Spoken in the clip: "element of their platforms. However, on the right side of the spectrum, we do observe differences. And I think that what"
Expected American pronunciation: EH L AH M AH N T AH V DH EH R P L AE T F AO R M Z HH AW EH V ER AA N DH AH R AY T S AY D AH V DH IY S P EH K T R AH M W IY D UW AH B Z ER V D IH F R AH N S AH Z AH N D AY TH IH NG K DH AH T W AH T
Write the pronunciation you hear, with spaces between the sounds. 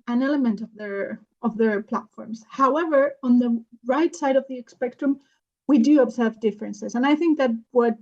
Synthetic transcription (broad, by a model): EH L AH M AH N T AH V DH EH R P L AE T F AO R M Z HH AW EH V ER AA N DH AH R AY T S AY D AH V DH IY S P EH K T R AH M W IY D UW AH B Z ER V D IH F R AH N S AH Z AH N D AY TH IH NG K DH AH T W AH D